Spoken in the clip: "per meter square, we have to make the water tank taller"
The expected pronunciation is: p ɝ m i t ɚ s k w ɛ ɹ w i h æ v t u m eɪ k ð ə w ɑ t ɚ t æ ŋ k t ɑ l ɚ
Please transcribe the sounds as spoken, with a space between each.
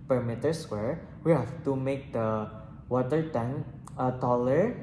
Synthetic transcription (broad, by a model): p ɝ m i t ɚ s w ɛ ɹ w i h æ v t u m eɪ k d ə w ɑ t ɚ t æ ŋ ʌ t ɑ l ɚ